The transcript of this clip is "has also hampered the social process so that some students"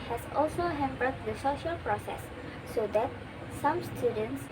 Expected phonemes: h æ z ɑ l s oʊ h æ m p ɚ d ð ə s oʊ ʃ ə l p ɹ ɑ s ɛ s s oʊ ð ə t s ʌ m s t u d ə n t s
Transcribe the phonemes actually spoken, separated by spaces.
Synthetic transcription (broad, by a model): h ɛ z ɑ l s oʊ h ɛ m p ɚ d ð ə s oʊ ʃ ə l p ɹ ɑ s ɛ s s oʊ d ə t s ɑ m s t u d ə n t s